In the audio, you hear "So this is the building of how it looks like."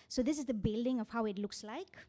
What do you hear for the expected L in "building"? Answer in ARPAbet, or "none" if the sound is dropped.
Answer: L